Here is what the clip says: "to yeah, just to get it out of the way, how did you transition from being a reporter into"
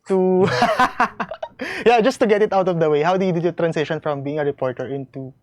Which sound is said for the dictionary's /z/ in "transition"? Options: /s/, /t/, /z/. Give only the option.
/s/